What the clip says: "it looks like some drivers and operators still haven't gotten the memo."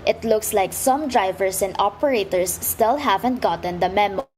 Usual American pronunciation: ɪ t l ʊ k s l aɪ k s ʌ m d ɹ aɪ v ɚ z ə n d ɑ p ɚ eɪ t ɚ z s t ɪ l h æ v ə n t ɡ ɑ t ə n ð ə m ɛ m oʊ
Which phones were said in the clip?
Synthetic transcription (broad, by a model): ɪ t l ʊ k s l aɪ k s ʌ m d ɹ aɪ v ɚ s ə n d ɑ p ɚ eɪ t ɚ s t ɪ l h æ v ə n t ɡ ɑ t ə n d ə m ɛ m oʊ